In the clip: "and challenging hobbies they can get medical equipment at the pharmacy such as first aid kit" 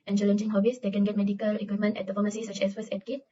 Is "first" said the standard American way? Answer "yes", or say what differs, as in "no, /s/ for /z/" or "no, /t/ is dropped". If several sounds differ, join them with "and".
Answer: no, /t/ is dropped